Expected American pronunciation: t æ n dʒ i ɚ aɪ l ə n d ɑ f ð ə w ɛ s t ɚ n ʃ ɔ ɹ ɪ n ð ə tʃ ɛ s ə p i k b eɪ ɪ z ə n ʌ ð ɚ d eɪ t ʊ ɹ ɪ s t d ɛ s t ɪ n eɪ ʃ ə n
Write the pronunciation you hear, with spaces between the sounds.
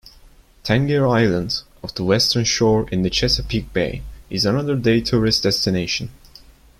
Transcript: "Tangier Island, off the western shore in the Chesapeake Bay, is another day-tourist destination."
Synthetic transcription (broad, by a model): t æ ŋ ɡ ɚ aɪ l ə n d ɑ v ð ə w ɛ s t ɚ n ʃ ɔ ɹ ɪ n ð ə tʃ ɛ s ə p i k b eɪ ɪ z ə n ʌ ð ɚ d eɪ t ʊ ɹ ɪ s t d ɛ s t ɪ n eɪ ʃ ə n